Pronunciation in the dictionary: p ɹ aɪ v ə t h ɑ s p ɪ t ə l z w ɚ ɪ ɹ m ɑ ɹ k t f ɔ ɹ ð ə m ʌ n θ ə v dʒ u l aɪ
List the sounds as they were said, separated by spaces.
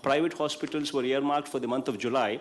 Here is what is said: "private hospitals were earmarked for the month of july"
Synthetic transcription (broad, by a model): p ɹ aɪ v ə t h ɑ s p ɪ t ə l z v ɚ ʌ ɹ m ɑ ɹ k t f ɔ ɹ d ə m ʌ n t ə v dʒ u l aɪ